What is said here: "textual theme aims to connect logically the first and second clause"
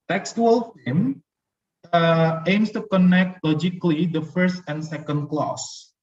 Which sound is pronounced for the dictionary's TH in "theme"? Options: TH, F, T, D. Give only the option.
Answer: F